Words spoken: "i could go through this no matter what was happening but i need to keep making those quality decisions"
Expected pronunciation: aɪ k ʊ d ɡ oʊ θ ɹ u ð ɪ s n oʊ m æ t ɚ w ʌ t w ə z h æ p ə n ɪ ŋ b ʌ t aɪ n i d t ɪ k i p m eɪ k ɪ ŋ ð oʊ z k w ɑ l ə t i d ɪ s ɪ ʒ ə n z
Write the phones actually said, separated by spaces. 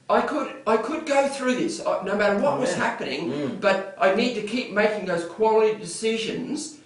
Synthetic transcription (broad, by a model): aɪ k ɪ d ɡ oʊ θ ɹ u ð ɪ s n oʊ m æ t ɚ w ʌ t w ə z h æ p ə n ɪ ŋ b ʌ t aɪ n i d t ɪ k i p m eɪ k ɪ ŋ ð oʊ z k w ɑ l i d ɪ s ɪ ʒ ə n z